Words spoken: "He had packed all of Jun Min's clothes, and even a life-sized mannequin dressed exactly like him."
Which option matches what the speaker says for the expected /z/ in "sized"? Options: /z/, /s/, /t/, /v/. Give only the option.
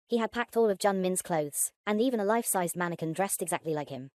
/z/